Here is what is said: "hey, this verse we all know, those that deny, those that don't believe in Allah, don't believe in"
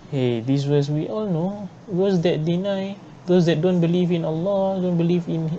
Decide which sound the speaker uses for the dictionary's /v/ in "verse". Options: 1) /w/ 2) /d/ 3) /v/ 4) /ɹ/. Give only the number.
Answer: 1